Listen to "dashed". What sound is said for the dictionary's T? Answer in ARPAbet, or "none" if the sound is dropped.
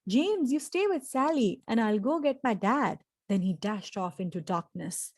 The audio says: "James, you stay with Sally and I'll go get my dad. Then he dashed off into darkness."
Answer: T